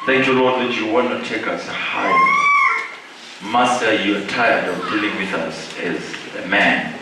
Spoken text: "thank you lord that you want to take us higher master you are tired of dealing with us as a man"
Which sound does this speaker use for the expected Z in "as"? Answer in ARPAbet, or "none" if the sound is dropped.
Z